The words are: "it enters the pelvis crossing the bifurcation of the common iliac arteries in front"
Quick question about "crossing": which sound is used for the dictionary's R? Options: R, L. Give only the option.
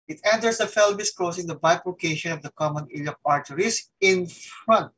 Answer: L